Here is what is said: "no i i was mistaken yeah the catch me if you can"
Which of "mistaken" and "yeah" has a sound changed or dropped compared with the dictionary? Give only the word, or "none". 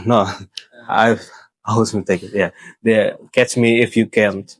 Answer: mistaken